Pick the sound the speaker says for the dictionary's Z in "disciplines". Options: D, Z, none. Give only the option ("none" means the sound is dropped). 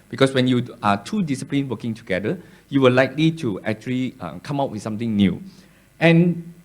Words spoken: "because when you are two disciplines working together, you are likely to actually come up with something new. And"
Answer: none